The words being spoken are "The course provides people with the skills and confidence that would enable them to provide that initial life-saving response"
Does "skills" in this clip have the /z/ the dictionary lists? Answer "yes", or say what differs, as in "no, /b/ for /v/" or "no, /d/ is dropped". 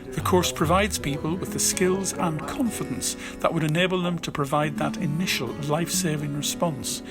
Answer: yes